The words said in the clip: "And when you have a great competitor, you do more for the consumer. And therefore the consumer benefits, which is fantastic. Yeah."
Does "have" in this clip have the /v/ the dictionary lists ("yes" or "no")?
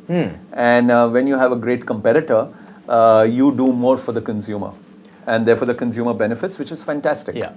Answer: yes